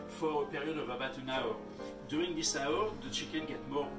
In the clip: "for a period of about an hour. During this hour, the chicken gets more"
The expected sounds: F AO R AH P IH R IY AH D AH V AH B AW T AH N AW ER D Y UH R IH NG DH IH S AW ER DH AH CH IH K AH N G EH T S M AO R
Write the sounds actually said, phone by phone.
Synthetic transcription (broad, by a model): F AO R AH P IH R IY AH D AH V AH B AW T AH N AW ER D Y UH R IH NG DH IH S AW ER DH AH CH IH K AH N G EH T M AO